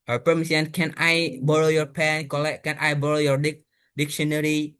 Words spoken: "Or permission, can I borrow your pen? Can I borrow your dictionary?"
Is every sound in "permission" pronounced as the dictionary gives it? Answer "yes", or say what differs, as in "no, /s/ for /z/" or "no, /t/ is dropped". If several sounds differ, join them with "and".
no, /s/ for /ʃ/